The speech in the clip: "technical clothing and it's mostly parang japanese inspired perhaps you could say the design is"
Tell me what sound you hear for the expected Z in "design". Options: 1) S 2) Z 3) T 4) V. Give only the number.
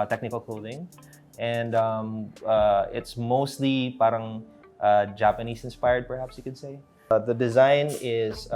2